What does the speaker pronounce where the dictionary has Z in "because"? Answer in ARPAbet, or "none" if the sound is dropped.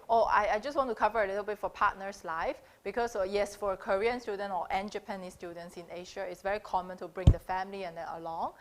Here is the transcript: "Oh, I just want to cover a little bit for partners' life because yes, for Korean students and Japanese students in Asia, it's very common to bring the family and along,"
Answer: S